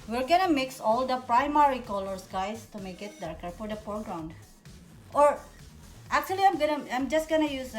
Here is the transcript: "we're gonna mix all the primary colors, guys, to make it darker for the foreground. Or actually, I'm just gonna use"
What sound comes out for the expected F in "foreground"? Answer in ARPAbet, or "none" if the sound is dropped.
P